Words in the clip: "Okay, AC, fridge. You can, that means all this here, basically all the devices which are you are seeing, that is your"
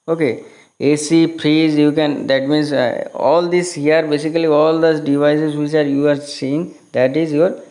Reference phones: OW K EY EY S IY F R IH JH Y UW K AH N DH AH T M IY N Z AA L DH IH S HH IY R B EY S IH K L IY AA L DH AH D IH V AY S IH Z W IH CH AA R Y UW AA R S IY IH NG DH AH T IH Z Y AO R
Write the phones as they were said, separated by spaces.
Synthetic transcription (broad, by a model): OW K EY EY S IY P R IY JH Y UW K AH N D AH T M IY N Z AA L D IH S HH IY R B EY S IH K L IY AA L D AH D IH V AY S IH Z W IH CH AA R Y UW AA R S IY IH NG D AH T IH Z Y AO R